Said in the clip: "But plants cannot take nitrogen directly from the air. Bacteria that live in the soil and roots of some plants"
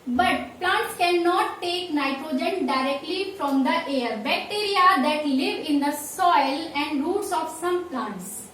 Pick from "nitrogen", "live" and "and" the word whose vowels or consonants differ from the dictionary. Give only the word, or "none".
none